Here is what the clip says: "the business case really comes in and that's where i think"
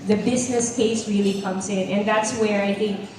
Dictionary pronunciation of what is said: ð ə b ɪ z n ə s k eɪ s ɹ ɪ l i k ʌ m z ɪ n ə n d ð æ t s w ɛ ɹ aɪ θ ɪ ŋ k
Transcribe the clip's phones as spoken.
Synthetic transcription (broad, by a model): ð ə b ɪ z n ə s k eɪ s ɹ ɪ l i k ʌ m z ɪ n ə n ð æ t s w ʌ ɹ aɪ θ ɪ ŋ k